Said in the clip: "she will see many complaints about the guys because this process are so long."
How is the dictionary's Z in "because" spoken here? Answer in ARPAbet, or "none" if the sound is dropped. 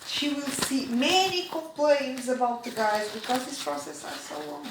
Z